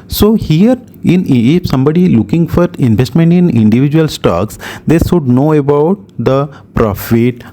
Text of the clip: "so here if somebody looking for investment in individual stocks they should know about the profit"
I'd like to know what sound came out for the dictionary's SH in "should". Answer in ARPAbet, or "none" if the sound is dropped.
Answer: S